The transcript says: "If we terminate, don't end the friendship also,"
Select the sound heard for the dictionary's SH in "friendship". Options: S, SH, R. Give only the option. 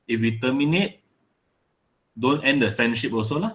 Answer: SH